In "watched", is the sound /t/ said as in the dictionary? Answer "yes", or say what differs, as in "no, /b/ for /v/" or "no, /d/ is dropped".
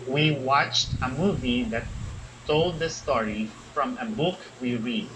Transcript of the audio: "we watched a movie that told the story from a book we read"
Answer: yes